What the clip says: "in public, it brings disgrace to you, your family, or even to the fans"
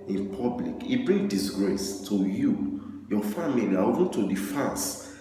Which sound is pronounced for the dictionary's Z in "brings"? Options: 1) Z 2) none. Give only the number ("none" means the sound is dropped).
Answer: 2